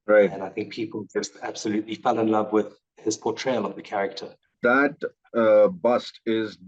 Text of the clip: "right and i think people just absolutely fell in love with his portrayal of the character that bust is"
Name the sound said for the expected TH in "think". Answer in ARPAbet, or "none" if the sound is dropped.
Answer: TH